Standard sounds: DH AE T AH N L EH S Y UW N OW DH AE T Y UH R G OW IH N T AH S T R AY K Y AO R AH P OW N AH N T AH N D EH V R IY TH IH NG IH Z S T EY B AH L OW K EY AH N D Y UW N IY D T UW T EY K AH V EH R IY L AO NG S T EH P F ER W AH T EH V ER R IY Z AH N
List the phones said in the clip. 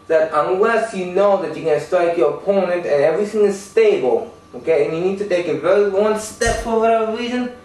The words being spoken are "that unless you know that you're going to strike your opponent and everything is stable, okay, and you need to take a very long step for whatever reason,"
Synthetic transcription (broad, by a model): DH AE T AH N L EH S Y UW N OW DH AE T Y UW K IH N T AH S T R AY K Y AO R AH P OW N AH N T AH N EH V R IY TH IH NG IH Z S T EY B AH L OW K EY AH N Y UW N IY D T UW T EY K AH V EH R IY W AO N S T EH P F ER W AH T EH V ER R IY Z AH N